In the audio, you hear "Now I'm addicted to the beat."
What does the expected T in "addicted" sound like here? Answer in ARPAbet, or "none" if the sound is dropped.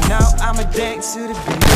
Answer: S